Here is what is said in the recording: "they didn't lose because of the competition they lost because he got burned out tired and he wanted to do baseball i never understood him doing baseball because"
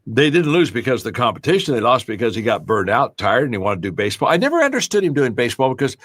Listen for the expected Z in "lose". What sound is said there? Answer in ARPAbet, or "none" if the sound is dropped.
Z